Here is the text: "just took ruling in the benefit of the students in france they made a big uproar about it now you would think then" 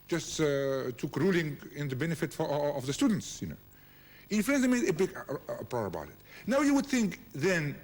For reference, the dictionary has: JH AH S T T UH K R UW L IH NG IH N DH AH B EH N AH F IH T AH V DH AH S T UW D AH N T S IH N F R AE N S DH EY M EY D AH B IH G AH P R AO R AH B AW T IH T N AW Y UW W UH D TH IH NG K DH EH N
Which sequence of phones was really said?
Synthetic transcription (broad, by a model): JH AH S T T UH K R UW L IH NG IH N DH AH B EH N AH F IH T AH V DH AH S T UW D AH N T S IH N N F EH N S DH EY M EY D AH B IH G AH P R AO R AH B AW T IH T N AW Y UW W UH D TH IH NG K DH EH N